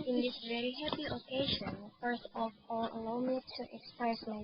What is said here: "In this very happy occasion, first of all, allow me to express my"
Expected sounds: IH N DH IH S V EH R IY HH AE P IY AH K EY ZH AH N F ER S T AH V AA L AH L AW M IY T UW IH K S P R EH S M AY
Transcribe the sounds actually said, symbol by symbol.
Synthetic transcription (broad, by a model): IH N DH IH S V EH R IY HH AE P IY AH K EY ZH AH N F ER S AH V AA L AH L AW M IY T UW IH K S P R EH S M AY